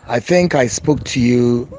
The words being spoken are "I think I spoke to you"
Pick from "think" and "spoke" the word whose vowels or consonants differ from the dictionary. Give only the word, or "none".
none